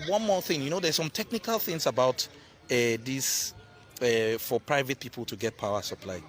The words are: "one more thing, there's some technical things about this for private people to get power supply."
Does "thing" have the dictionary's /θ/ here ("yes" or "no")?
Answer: yes